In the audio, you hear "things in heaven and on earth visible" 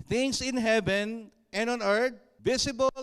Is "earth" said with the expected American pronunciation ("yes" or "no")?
no